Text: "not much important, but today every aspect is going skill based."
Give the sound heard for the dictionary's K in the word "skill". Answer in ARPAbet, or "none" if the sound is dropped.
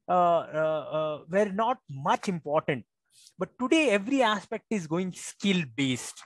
K